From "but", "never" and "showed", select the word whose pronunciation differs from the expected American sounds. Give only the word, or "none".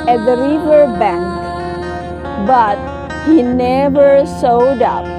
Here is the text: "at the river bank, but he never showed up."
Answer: showed